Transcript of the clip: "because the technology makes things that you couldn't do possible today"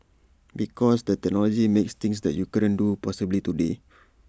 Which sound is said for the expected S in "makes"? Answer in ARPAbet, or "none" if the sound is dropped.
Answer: S